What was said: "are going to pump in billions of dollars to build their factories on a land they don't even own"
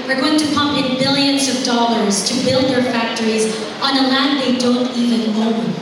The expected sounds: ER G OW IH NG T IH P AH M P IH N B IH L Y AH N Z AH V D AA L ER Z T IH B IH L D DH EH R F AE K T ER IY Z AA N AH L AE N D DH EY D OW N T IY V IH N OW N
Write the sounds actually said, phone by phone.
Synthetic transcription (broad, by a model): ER G OW IH NG T IH P AH M P IH N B IH L Y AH N Z AH V D AA L ER Z T IH B IH L D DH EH R F AE K T ER IY Z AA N AH L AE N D DH EY D OW N T IY V IH N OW